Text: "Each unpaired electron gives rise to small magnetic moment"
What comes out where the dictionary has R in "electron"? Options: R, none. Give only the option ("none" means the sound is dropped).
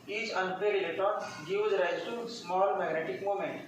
none